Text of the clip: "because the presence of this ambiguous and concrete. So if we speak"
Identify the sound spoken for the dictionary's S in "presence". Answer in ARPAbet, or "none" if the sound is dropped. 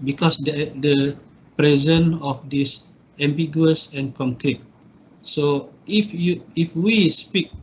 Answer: none